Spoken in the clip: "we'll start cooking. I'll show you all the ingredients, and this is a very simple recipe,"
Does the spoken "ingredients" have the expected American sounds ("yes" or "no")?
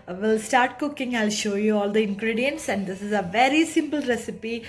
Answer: yes